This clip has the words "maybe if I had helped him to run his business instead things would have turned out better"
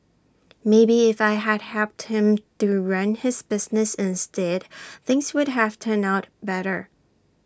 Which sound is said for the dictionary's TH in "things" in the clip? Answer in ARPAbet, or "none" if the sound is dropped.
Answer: TH